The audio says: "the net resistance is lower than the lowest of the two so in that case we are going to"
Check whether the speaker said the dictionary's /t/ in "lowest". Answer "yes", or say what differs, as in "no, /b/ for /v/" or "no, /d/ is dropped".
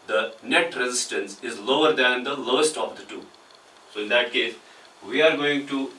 yes